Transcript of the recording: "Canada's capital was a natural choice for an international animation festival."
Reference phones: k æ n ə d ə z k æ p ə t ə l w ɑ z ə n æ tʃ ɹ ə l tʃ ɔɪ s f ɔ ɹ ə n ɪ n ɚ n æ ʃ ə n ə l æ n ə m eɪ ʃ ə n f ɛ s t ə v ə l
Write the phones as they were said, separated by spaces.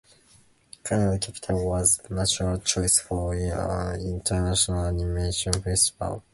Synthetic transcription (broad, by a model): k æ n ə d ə k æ p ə t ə l w ɑ z ə n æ tʃ ɹ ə l tʃ ɔɪ s f ɔ ɹ ə n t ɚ n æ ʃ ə n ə l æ n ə m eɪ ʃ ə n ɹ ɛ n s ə p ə l